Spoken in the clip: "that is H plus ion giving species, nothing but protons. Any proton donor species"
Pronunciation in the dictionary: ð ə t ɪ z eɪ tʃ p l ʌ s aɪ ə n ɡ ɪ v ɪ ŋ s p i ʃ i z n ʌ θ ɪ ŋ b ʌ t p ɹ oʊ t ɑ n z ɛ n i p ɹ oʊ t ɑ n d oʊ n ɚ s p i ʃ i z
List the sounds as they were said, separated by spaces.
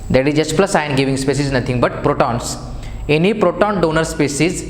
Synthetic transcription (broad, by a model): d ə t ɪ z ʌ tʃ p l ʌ s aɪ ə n ɡ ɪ v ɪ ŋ s p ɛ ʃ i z n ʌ t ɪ ŋ b ʌ t p ɹ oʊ t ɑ n s ɛ n i p ɹ oʊ t ɑ n d oʊ n ɚ s p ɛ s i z